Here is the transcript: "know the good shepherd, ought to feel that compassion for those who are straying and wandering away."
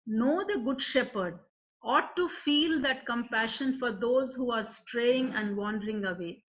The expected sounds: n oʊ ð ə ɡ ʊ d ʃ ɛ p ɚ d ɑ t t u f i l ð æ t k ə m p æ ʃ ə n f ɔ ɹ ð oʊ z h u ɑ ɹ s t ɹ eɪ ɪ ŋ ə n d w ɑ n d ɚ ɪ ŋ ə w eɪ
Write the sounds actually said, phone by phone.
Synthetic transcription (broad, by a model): n oʊ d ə ɡ ʊ d ʃ ɛ p ɚ d ɑ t t u f i l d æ t k ə m p æ ʃ ə n f ɔ ɹ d oʊ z h u ɑ ɹ s t ɹ eɪ ɪ ŋ ə n d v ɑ n d ɚ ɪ ŋ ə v eɪ